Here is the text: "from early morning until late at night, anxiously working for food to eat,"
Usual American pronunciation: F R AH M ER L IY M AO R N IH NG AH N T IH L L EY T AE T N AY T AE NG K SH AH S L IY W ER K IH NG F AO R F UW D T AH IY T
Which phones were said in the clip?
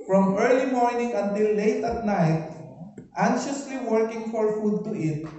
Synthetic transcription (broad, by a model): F R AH M ER L IY M AO R N IH NG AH N T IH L L EY T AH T N AY T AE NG SH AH S L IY W ER K IH NG F AO R F UW D T AH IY T